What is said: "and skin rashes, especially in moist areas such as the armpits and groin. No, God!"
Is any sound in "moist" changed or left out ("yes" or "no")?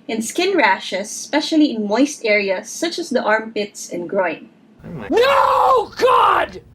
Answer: no